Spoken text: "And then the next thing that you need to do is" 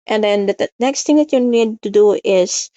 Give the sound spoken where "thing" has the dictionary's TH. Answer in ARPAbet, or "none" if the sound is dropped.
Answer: T